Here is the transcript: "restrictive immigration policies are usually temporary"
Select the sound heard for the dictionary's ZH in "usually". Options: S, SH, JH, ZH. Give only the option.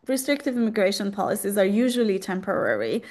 ZH